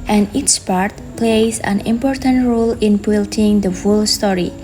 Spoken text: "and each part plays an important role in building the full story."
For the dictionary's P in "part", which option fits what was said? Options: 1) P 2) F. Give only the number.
1